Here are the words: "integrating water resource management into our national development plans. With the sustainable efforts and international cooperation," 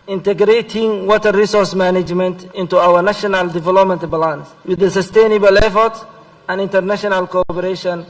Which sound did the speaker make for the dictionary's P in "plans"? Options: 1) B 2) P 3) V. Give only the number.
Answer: 1